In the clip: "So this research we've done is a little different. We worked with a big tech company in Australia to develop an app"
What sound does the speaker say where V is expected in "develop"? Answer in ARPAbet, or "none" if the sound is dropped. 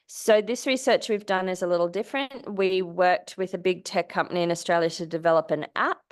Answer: V